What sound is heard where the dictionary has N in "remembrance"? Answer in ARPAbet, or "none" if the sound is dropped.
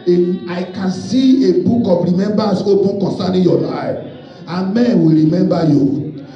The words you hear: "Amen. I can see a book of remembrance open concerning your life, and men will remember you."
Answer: none